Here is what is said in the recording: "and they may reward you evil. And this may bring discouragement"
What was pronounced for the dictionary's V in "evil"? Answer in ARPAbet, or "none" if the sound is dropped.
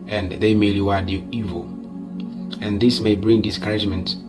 V